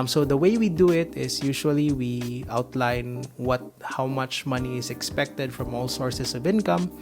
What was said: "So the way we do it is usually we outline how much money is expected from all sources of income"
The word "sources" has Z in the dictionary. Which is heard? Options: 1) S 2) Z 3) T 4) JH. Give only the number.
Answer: 1